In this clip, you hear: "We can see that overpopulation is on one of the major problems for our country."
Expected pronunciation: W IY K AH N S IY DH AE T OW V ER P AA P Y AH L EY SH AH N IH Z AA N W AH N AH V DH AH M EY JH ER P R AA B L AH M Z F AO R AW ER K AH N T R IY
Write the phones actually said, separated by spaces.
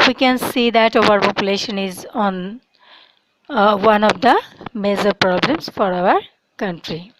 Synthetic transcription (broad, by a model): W IY K AH N S IY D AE T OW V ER P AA P Y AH L EY SH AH N IH Z AA N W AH N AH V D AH M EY Z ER P R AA B L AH M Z F AO R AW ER K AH N T R IY